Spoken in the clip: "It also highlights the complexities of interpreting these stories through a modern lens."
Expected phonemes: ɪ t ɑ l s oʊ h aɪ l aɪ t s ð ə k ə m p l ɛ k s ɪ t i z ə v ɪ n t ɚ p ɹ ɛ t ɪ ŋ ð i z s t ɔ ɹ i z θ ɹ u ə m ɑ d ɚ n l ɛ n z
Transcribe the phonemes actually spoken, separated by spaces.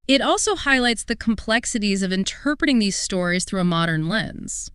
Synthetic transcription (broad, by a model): ɪ t ɑ l s oʊ h aɪ l aɪ t s ð ə k m p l ɛ k s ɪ t i z ə v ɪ n t ɚ p ɹ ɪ t ɪ ŋ ð i z s t ɔ ɹ i z θ ɹ u ə m ɑ d ɚ n l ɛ n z